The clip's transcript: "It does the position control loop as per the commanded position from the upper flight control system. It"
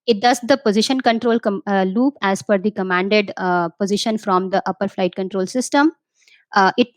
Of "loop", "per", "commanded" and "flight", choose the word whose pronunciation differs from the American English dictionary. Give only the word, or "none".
per